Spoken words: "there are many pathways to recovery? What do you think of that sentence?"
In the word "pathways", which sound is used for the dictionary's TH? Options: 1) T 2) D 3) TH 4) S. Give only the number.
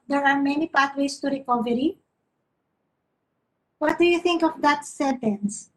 1